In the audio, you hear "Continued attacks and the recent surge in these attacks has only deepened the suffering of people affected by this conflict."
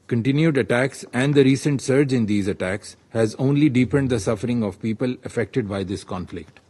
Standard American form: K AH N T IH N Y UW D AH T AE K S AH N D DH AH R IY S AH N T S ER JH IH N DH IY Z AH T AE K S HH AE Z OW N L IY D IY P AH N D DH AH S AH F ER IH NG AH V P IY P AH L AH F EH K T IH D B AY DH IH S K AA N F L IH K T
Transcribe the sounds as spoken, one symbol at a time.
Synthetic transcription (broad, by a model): K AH N T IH N Y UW D AH T AE K S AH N D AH R IY S AH N T S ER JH IH N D IY Z AH T AE K S HH AE Z OW N L IY D IY P AH N D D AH S AH F ER IH NG AH V P IY P AH L AH F EH K T IH D B AY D IH S K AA N F L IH K T